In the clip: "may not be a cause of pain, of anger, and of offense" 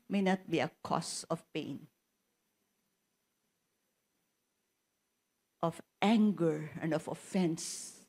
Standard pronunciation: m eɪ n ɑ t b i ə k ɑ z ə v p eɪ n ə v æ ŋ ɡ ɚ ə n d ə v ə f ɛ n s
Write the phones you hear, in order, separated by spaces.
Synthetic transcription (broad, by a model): m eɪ n ɑ t b i ə k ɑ s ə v p eɪ n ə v æ ŋ ɡ ɚ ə n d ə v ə f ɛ n s